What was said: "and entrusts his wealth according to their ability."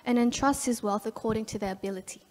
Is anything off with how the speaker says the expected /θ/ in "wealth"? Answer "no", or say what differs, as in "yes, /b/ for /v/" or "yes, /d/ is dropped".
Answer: no